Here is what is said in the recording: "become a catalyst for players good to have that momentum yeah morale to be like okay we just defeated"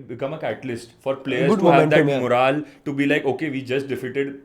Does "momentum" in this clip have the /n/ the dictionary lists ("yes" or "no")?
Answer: no